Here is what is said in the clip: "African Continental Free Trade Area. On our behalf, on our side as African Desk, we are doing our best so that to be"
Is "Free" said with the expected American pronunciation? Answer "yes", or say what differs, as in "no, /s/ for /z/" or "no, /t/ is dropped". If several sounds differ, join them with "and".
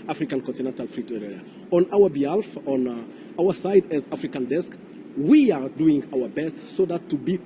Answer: yes